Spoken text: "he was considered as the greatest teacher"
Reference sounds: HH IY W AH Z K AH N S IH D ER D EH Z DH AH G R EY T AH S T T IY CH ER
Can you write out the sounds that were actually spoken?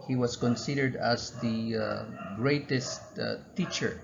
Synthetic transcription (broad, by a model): HH IY W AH S K AH N S IH D ER D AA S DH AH G R EY T AH S T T IY CH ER